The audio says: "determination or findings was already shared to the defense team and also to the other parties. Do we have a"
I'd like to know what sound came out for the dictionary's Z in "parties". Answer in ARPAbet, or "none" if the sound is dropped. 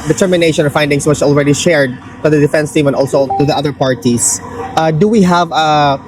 S